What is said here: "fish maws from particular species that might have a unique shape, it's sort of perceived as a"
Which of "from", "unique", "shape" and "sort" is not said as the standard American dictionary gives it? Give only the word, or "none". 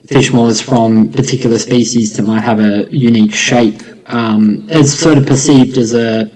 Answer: none